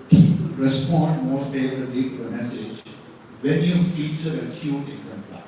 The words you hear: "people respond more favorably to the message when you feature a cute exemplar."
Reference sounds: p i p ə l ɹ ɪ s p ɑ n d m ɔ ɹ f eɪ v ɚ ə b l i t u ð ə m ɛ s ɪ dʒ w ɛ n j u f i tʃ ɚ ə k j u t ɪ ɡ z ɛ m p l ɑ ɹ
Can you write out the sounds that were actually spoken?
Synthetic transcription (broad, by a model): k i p ɹ ɪ s p ɑ n d m ɔ ɹ f eɪ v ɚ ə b l i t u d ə m ɛ s ɪ dʒ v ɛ l j u f i tʃ ɚ ə k j u t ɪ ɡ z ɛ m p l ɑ